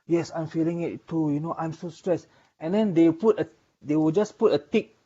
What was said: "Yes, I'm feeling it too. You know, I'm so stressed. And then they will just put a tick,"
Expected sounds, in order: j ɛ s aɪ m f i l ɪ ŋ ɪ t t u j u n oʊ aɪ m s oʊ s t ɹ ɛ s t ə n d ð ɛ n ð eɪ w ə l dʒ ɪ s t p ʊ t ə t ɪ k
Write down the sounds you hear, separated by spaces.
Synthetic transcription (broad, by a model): j ɛ s aɪ m f i l ɪ ŋ ɪ t t u j u n oʊ aɪ m s oʊ s t ɹ ɛ s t ə n d ɛ n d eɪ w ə w dʒ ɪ s p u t ə t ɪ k